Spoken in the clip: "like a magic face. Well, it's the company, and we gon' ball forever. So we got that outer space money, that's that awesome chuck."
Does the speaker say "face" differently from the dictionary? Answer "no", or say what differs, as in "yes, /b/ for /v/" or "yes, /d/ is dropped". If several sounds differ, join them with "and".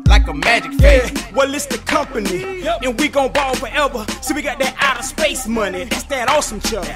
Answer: yes, /s/ is dropped